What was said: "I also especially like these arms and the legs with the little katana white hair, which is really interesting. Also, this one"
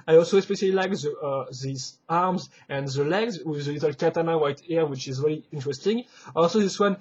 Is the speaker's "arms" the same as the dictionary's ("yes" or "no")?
yes